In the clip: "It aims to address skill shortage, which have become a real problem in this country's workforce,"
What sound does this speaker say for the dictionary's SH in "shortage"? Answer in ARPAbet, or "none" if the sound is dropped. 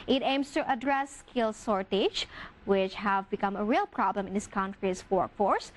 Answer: S